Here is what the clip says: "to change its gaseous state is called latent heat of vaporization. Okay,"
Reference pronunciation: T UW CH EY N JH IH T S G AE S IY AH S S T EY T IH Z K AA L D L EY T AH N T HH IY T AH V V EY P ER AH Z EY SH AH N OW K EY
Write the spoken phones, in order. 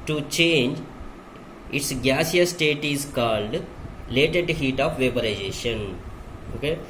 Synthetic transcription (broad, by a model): T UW CH EY N JH IH T S G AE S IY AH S S T EY T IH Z K AA L D L EY T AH T HH IY T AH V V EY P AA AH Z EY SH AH N OW K EY